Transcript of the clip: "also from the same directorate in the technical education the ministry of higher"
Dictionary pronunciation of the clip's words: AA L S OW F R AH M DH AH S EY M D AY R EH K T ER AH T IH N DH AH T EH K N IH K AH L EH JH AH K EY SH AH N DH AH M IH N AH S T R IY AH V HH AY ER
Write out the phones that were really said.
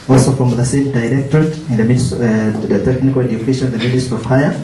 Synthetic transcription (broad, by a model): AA L S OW F R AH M DH AH S EY M D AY R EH K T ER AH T IH N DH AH T EH K N IH K AH L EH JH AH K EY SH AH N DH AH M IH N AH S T IY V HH AY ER